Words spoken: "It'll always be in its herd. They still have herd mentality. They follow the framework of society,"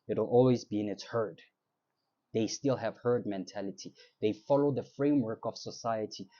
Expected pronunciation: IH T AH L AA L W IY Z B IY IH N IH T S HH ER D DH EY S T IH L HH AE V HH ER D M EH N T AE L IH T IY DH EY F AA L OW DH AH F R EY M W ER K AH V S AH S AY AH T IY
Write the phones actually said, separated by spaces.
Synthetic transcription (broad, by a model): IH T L AA L W IY Z B IY IH N IH T S HH ER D DH EY S T IH L HH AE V HH ER D M EH N T AE L IH T IY DH EY F AA L OW DH AH F R EY M W ER K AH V S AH S AY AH T IY